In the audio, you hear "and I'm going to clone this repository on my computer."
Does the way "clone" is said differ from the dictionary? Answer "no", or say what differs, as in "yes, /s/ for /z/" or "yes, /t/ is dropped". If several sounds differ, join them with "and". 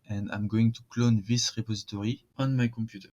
no